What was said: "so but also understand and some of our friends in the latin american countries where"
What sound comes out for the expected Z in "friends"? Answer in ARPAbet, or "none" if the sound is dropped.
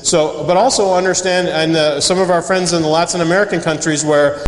Z